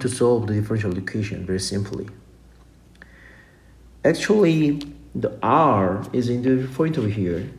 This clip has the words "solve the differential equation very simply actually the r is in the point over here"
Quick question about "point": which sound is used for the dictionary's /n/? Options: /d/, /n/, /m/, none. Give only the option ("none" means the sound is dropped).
none